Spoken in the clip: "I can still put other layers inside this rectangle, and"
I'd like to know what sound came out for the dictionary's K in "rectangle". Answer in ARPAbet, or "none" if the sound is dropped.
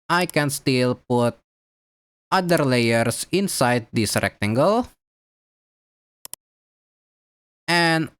K